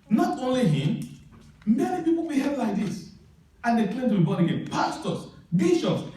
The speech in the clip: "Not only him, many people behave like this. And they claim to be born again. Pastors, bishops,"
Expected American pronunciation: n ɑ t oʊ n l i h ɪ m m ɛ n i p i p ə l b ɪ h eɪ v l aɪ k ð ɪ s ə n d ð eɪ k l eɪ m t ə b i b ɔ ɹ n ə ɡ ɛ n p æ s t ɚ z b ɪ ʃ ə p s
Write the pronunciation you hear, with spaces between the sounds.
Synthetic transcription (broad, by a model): n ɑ t oʊ n l i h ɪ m m ɛ n i p i p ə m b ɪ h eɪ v l aɪ k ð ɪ s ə n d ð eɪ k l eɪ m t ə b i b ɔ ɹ ə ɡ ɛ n p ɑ s t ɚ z b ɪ ʃ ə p s